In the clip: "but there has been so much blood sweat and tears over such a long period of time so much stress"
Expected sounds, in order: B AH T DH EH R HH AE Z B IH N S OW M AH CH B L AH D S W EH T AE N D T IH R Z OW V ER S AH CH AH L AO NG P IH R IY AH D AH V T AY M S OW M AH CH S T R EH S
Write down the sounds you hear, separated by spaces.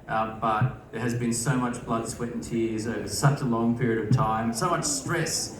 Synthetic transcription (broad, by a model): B AH T DH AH R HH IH Z B IH N S OW M AH CH B L AH D S W EH T N T IH R Z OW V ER S AH CH AH L AO NG P IH R IY AH D AH V T AY M S OW M AH CH S T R EH S